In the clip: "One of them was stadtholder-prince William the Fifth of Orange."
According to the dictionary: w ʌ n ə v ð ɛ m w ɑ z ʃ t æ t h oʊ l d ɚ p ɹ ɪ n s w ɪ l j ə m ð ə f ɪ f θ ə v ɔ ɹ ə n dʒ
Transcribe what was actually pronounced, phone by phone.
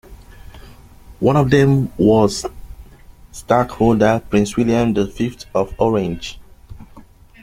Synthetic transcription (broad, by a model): w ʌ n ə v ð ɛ m w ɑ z s t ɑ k h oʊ l d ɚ p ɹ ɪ n s w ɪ l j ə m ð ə f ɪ f t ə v ɔ ɹ ə n dʒ